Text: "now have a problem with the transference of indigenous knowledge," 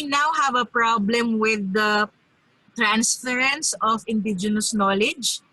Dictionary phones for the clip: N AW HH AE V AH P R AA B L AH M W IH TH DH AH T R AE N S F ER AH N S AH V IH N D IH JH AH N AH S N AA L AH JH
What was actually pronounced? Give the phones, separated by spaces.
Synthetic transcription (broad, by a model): N AW HH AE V AH P R AA B L AH M W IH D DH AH T R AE N S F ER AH N S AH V IH N D IH JH AH N AH S N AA L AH JH